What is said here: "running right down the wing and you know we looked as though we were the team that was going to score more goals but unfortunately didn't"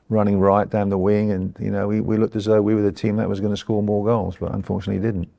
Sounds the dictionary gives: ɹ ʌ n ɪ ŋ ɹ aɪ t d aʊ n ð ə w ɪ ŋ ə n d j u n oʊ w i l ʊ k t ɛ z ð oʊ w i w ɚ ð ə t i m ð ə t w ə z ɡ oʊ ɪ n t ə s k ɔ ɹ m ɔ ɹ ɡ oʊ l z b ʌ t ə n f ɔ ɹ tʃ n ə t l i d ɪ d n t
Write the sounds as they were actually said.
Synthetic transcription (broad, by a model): ɹ ʌ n ɪ ŋ ɹ aɪ t d aʊ n ð ə w ɪ ŋ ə n j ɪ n oʊ w i l ʊ k t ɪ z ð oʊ w i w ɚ ð ə t i m ð ə t w ə z ɡ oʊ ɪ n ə s k ɔ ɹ m ɔ ɹ ɡ oʊ l z b ʌ t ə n f ɔ ɹ tʃ n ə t l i d ɪ d n t